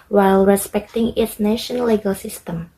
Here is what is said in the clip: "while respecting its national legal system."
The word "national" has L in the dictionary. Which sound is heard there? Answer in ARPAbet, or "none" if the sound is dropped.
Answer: N